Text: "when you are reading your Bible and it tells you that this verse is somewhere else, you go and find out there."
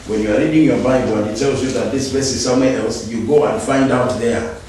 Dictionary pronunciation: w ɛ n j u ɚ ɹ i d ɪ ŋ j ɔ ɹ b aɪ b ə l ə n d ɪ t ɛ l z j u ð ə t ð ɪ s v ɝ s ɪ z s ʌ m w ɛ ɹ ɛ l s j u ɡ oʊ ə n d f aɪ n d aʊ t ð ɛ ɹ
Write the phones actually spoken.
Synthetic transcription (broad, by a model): w ɛ n j u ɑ ɹ i d ɪ ŋ j ɔ b aɪ b ə l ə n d ɪ t ɛ l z j u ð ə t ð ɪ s b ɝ s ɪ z s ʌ m w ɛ ɛ l s j u ɡ oʊ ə n f aɪ n d aʊ t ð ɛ